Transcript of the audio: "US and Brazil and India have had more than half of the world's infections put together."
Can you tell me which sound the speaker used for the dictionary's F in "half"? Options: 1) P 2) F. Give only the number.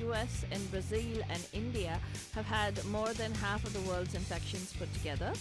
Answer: 2